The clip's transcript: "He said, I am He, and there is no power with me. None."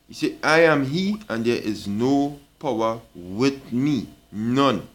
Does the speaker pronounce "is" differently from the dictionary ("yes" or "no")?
no